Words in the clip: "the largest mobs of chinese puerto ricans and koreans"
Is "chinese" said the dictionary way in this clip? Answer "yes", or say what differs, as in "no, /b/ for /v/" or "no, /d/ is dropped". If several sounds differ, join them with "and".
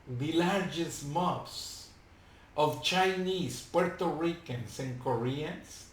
no, /s/ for /z/